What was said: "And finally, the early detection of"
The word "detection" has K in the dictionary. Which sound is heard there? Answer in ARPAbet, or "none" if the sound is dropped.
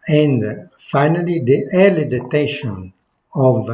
none